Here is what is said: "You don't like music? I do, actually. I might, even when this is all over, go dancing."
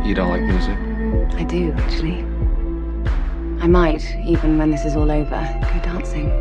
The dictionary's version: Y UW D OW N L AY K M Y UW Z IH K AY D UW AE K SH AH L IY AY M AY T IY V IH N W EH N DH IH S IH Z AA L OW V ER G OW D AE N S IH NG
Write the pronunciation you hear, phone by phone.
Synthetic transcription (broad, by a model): Y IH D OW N L AY K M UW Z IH AY D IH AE K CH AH L IY AY M AY T IY V IH N W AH N DH IH S IH Z AA L OW V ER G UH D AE N S IH NG